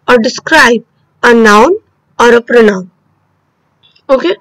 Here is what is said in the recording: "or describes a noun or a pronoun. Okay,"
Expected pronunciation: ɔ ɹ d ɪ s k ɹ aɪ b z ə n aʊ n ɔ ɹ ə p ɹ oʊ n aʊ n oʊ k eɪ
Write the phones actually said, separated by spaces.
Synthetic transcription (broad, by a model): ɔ ɹ d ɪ s k ɹ aɪ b ə n aʊ n ɔ ɹ ə p ɹ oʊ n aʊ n oʊ k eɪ